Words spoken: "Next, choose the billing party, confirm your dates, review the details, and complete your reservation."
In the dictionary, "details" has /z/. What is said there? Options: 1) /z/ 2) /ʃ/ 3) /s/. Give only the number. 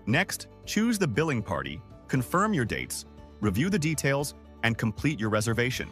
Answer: 1